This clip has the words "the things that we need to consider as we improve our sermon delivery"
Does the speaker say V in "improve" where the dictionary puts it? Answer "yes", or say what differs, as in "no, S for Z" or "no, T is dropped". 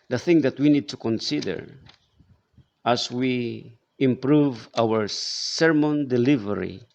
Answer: yes